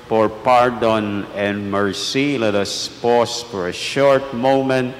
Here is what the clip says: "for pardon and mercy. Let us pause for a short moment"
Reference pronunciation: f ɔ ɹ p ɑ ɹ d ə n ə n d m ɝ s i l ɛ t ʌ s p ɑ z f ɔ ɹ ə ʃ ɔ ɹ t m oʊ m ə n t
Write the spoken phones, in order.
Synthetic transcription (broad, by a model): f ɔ ɹ p ɑ ɹ d ə n ə n d m ɝ s i l ɛ t ʌ s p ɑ s f ɔ ɹ ə ʃ ɔ ɹ t m oʊ m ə n t